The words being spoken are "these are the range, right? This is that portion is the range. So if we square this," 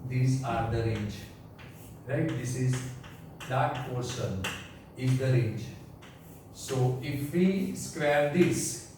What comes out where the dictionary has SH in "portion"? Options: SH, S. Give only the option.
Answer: S